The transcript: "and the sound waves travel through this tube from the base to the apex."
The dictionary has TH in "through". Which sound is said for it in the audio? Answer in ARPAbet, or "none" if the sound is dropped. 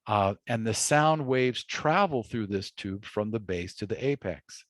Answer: TH